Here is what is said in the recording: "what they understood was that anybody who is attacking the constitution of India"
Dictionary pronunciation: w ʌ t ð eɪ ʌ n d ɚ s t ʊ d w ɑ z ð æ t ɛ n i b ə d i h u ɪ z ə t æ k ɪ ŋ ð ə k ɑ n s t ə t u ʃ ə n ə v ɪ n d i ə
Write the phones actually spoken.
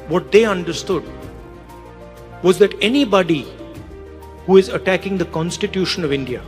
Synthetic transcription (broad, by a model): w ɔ t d eɪ ʌ n d ɚ s t ʊ d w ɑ z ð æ t ɛ n i b ə d i h u ɪ z ə t æ k ɪ ŋ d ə k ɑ n s t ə t u ʃ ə n ə v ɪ n d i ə